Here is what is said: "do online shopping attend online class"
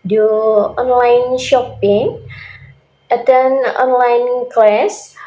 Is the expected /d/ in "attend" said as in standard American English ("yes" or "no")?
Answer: no